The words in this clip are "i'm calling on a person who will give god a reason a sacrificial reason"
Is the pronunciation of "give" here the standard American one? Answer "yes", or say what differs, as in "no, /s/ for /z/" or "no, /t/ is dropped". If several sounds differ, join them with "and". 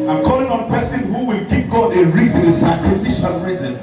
no, /p/ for /v/